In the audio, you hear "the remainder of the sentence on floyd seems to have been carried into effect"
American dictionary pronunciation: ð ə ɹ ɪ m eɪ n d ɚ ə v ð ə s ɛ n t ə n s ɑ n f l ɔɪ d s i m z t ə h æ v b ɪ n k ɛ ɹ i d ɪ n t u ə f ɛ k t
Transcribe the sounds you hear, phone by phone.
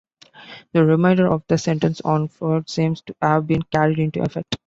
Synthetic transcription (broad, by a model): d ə ɹ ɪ m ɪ n d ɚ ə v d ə s ɛ n t ə n s ɑ n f ɔɪ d s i m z t h æ v b ɪ n k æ ɹ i d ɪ n t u ə f ɛ k t